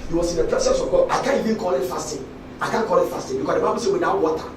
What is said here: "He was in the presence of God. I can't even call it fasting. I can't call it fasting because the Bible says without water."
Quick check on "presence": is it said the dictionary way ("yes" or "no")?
no